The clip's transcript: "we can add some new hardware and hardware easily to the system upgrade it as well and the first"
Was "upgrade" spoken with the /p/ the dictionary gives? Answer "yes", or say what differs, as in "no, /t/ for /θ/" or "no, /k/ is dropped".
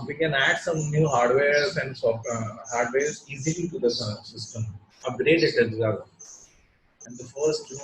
no, /p/ is dropped